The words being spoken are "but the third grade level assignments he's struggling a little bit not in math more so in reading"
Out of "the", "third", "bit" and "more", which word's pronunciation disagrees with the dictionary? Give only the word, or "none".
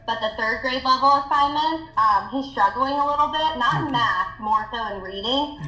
none